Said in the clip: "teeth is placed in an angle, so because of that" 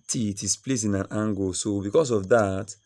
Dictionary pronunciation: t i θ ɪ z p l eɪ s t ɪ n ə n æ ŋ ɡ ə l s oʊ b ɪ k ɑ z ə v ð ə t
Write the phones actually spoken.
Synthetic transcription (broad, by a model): t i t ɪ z p l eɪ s ɪ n ə n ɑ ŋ ɡ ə s oʊ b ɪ k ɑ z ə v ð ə t